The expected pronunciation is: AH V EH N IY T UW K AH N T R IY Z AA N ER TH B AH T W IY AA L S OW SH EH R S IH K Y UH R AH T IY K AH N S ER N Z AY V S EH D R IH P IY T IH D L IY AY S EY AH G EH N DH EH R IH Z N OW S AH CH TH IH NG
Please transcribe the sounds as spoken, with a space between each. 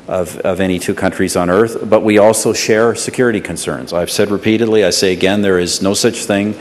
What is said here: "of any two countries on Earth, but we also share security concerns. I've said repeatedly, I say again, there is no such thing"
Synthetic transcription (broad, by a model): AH V EH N IY T UW K AH N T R IY Z N ER TH B AH T W IY AA L S OW SH EH R S IH K Y UH R AH T IY K AH N S ER N Z AY V S EH D R IH P IY T IH D L IY AY S EY AH G EH N DH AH R IH Z N OW S AH CH TH IH NG